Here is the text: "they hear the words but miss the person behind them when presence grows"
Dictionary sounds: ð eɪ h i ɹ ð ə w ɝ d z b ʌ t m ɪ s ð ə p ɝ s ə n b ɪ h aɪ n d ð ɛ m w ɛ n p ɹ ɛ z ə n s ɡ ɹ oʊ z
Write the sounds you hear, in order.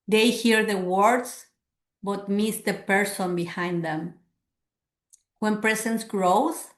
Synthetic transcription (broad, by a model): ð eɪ h i ɹ ð ə w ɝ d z b ʌ t m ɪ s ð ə p ɝ s ə n b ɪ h aɪ n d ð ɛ m w ɛ n p ɹ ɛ s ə n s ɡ ɹ oʊ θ